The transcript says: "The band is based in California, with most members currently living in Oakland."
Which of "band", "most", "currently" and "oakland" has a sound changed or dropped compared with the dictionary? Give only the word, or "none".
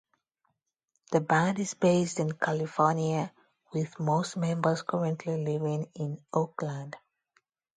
none